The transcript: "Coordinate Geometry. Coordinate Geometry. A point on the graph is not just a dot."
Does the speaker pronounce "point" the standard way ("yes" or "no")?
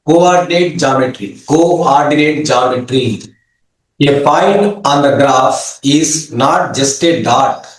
no